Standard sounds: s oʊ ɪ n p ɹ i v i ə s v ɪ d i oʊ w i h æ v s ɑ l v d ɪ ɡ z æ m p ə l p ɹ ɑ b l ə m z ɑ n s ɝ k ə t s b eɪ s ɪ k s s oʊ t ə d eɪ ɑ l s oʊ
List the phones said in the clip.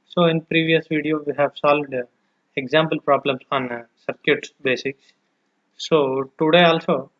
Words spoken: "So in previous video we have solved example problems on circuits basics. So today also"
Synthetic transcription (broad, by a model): s oʊ ɪ n p ɹ i v i ə s v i d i oʊ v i h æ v s ɑ l v d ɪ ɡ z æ m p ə l p ɹ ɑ b l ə m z ɑ n s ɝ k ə t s b eɪ s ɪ k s s oʊ t ə d eɪ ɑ l s oʊ